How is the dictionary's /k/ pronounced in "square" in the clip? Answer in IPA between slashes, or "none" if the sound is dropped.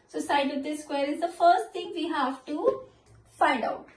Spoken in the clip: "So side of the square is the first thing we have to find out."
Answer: /k/